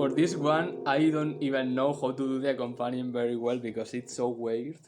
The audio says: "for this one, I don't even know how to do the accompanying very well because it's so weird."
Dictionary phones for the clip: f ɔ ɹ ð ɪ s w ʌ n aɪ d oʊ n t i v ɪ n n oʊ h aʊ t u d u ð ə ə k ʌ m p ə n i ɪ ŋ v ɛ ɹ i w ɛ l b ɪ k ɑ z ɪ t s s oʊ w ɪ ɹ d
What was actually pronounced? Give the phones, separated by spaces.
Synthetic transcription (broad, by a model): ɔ ɹ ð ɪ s w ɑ n aɪ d oʊ n t i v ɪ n n oʊ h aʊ t u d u ð ə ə k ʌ m p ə n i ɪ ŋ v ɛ ɹ i w ɛ l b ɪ k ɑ s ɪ t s s oʊ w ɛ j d